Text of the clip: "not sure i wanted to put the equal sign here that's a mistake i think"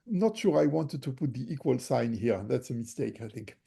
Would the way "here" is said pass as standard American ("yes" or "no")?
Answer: yes